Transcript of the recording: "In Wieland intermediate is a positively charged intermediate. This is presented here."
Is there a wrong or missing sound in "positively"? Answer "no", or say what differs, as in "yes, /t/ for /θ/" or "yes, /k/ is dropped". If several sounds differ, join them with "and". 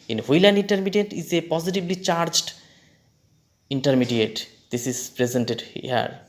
yes, /b/ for /v/